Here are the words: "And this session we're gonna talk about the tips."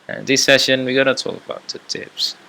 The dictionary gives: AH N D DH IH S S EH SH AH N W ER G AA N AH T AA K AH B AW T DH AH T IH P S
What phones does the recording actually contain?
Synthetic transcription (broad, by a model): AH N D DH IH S S EH SH AH N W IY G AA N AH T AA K AH B AW T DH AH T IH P S